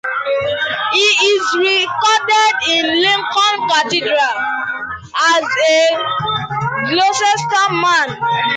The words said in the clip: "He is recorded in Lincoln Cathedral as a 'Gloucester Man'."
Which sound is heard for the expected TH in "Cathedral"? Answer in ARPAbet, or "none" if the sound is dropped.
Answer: T